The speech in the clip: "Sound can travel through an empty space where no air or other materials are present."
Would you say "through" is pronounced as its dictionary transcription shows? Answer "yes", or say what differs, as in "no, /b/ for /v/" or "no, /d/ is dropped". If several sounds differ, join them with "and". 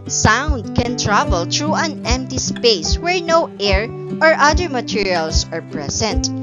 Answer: no, /t/ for /θ/